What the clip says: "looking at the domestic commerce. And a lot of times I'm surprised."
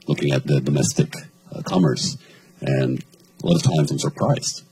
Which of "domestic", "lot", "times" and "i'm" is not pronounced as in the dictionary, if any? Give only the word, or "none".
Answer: none